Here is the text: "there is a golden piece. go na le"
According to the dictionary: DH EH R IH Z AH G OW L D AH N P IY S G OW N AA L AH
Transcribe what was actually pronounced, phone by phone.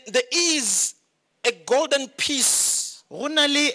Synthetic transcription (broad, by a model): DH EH IH Z AH G OW L D AH N P IY S G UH N AA L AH